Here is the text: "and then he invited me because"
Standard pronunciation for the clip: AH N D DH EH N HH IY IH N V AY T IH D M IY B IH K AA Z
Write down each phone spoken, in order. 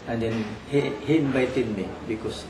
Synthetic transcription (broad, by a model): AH N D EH N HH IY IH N B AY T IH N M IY B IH K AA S